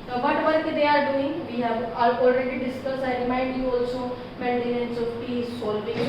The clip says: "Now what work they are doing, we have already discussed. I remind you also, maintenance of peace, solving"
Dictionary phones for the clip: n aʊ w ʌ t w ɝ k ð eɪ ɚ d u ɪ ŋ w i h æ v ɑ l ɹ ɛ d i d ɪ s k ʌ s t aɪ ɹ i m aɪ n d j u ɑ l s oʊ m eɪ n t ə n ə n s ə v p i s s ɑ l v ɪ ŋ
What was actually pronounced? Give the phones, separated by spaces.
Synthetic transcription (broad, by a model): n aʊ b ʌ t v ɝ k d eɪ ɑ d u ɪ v i h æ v ɑ l ɹ ɛ d i d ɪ s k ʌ s aɪ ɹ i m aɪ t j u ɑ l s oʊ m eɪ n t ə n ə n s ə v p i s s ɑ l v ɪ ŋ